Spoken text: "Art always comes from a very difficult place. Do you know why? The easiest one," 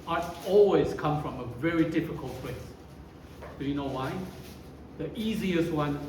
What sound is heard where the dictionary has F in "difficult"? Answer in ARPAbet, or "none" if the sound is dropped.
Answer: F